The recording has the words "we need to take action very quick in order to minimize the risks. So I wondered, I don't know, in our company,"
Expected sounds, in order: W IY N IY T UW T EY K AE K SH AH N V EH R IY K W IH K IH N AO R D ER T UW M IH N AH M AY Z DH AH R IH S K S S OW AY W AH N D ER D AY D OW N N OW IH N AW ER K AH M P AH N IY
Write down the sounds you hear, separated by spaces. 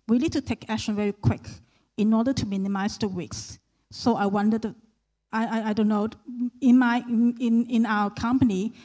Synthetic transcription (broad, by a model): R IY L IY T UW T EY K AE K SH AH N V EH R IY K W IH K IH N AO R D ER T UW M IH N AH M AY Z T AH W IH K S S OW AY W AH N D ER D AY D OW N N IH IH N AW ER K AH M P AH N IY